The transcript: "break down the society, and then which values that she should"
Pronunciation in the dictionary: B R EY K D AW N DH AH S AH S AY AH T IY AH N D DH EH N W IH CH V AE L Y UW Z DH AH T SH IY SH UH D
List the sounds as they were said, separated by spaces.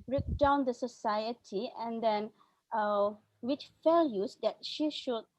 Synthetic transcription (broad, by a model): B R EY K D AW N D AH S AH S AY AH T IY AH N D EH N W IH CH F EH L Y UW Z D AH T SH IY SH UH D